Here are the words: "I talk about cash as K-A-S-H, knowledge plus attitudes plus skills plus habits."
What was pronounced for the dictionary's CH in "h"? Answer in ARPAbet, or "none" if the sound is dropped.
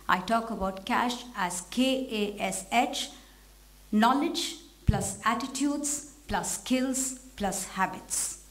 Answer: CH